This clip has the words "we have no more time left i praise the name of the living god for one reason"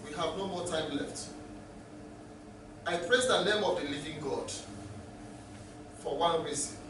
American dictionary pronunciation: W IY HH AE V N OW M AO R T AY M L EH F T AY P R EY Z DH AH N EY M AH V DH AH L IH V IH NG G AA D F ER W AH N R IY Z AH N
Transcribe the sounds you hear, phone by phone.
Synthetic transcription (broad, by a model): W IY HH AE V N OW M AO T AY M L EH F T AY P R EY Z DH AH N EY M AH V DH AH L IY V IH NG G AA D F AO W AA N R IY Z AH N